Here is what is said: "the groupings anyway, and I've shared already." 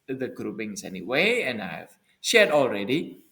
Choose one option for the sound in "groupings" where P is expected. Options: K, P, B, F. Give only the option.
B